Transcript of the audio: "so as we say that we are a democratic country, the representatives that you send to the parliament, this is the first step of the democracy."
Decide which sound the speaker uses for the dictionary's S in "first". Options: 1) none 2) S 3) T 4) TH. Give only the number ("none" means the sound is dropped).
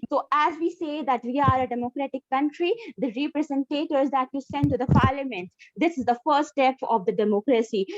1